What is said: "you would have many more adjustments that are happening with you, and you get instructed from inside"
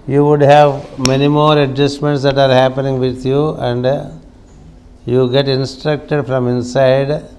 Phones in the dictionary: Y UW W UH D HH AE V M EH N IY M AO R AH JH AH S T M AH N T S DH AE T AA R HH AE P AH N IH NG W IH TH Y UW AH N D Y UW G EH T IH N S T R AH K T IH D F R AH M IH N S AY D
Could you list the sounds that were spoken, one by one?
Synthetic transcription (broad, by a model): Y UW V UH D HH AE V M EH N IY M AO R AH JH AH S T M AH N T S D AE T AA R HH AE P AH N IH NG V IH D Y UW AH N D Y UW G EH T IH N S T R AH K T IH D F R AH M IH N S AY D